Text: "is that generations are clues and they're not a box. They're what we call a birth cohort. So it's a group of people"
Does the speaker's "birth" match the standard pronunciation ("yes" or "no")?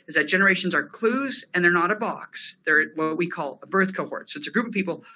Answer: yes